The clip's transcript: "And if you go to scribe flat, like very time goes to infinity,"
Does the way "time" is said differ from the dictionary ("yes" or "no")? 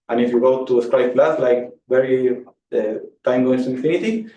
no